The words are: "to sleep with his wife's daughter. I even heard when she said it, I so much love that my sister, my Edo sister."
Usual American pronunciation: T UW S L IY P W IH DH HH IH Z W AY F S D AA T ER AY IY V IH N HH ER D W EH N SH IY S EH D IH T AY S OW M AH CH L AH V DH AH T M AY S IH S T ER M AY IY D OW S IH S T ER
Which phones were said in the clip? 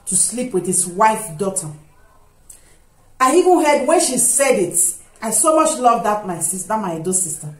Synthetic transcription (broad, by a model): T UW S L IY P W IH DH HH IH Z W AY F D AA T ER AY IY V IH N HH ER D W EH N SH IY S EH D IH T AY S OW M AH CH L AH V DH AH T M AY S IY S T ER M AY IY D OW S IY S T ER